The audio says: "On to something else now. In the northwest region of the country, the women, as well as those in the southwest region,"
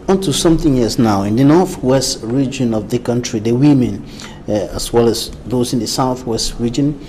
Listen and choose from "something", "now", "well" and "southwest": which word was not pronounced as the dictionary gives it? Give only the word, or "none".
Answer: none